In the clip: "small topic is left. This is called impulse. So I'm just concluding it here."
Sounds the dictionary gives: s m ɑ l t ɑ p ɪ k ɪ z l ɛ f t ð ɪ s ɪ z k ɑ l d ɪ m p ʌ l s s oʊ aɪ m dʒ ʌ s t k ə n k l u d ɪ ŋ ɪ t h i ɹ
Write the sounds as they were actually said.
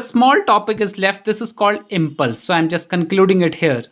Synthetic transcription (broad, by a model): s m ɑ l t ɑ p ɪ k ɪ z l ɛ f t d ɪ s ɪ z k ɑ l d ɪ m p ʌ l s s oʊ aɪ m dʒ ʌ s t k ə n k l u d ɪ ŋ ɪ t h i ɹ